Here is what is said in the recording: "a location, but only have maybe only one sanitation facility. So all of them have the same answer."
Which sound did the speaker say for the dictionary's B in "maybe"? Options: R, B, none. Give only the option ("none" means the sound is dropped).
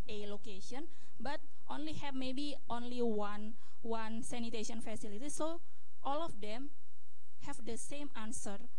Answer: B